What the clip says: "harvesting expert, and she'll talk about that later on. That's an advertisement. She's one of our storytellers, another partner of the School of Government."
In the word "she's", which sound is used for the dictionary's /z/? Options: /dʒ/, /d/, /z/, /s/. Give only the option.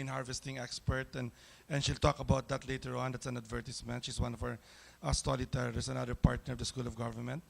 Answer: /s/